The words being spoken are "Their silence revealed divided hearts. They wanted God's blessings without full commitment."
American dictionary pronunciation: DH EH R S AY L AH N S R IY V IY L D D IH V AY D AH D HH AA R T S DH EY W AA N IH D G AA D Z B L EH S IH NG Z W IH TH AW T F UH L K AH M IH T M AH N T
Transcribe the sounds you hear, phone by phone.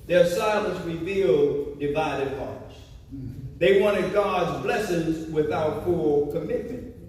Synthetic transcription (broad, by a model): DH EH R S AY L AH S R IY V IY L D D IH V AY D AH D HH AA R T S DH EY W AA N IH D G AA D Z B L EH S IH NG Z W IH TH AW T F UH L K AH M IH T M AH N T